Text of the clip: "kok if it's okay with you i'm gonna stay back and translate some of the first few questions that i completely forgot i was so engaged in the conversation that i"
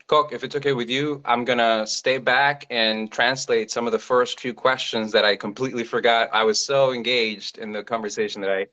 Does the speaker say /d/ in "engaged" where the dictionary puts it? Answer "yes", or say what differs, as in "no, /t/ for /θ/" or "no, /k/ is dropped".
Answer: yes